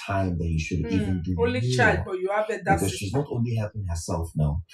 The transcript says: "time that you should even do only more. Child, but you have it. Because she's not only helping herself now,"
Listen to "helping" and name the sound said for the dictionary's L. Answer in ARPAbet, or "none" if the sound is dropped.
none